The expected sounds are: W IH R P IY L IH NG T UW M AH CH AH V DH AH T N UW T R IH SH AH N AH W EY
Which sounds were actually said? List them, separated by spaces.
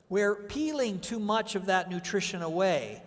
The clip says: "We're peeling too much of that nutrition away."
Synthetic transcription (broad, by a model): W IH R P IY L IH NG T UW M AH CH AH V DH AH T N UW T R IH SH AH N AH W EY